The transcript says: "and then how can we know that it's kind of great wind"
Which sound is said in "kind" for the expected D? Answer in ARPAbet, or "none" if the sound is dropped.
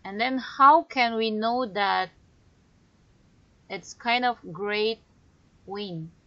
D